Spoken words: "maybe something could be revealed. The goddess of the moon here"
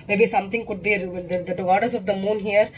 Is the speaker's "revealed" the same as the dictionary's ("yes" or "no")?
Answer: no